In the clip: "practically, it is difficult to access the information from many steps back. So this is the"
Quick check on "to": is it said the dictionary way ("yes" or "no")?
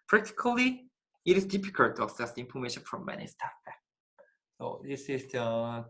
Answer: yes